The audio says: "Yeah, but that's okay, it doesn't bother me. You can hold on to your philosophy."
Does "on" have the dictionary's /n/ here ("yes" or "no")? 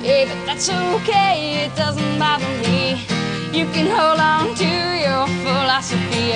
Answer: yes